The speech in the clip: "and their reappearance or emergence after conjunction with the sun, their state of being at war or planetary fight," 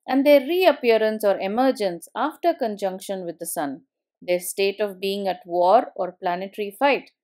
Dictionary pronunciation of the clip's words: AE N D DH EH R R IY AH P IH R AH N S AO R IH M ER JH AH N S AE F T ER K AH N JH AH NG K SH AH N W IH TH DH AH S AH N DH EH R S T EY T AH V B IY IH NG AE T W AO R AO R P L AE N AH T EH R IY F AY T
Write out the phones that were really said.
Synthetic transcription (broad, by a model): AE N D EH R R IY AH P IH R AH N S AO R IH M ER JH AH N S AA F T ER K AH N JH AH NG K SH AH N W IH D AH S AH N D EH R S T EY T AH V B IY IH NG AE T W AO R AO R P L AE N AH T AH R IY F AY T